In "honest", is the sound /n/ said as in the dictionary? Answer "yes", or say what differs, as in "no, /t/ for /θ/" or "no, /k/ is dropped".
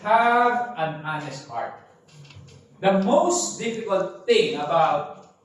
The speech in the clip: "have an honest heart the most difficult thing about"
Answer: yes